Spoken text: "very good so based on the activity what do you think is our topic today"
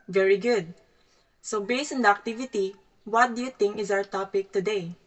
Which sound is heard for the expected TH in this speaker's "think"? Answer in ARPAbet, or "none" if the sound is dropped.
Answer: T